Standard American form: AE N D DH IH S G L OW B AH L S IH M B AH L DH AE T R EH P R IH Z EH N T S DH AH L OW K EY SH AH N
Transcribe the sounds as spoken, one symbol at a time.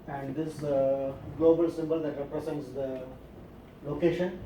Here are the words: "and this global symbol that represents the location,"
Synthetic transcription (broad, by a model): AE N D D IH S G L OW B AH L S IH M B AH L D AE T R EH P R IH S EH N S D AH L OW K EY SH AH N